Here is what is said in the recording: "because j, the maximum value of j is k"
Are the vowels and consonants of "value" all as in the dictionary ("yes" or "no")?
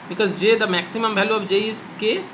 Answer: no